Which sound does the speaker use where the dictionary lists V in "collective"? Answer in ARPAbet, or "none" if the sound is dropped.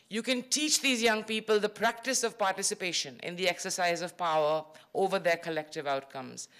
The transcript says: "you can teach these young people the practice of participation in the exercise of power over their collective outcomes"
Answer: V